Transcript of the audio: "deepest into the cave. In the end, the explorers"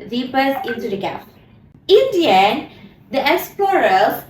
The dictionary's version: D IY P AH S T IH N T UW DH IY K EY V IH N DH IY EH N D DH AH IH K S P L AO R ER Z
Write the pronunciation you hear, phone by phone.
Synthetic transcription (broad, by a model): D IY P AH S IH N T UW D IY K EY P IH N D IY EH N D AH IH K S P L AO R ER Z